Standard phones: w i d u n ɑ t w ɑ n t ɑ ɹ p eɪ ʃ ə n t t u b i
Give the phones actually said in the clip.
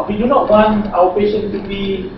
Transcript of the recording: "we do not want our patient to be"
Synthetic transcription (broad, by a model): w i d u n ɑ t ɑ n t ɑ w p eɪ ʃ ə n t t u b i